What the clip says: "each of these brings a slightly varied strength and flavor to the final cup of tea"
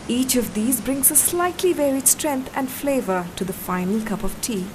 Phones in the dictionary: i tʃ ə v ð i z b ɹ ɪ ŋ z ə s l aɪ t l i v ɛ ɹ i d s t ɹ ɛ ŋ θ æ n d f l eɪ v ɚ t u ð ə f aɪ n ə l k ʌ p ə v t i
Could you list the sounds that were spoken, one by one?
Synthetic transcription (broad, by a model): i tʃ ə v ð i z b ɹ ɪ ŋ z ə s l aɪ t l i v ɛ ɹ i d s t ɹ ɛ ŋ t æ n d f l eɪ v ɚ t u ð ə f aɪ n ə l k ʌ p ə v t i